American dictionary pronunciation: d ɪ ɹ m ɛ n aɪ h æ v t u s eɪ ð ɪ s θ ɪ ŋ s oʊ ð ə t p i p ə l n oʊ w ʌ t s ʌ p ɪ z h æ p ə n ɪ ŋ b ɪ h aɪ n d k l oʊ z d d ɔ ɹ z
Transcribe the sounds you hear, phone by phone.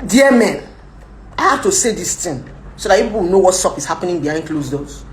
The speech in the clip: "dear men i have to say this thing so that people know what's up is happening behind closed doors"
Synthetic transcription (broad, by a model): d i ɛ m ɛ n aɪ h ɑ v t u s eɪ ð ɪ s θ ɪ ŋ s oʊ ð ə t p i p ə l n oʊ w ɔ t s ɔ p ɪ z h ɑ p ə n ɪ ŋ b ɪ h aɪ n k l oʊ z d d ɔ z